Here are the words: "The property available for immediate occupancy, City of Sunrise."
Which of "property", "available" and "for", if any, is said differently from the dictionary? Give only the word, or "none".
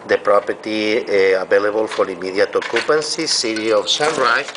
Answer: available